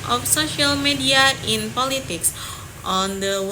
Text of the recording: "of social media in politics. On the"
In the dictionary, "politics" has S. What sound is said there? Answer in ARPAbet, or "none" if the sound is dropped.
S